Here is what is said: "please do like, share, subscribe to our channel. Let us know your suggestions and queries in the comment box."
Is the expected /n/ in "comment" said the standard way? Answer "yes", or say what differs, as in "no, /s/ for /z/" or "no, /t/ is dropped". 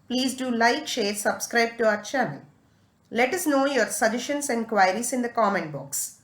yes